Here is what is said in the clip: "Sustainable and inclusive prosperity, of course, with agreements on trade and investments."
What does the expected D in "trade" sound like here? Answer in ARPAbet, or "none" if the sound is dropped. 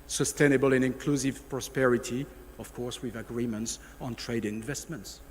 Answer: none